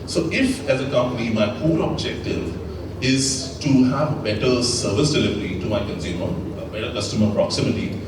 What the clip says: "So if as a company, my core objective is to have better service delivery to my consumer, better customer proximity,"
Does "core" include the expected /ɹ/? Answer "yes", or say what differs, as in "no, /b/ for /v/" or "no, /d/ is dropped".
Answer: no, /l/ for /ɹ/